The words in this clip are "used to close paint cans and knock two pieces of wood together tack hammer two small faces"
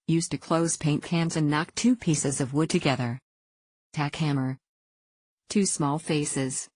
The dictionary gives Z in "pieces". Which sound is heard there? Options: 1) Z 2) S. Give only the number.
1